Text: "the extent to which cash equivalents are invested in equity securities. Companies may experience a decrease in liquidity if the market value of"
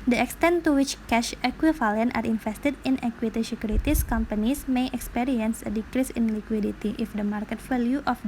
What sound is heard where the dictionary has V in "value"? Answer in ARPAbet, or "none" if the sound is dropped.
F